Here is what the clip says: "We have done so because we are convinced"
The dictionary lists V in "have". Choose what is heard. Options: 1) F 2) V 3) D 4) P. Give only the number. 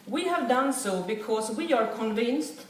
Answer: 2